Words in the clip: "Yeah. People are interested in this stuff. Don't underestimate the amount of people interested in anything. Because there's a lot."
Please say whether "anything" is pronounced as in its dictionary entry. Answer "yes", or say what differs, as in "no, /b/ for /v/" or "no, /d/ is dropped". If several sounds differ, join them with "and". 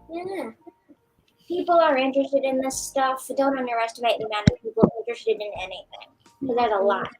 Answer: yes